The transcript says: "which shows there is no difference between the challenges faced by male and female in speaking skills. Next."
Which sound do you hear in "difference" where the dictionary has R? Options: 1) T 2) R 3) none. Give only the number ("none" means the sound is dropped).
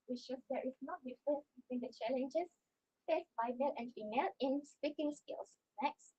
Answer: 3